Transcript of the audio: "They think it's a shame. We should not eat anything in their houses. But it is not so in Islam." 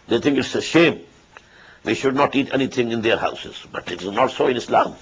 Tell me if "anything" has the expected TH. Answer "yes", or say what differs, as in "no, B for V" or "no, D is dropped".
no, T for TH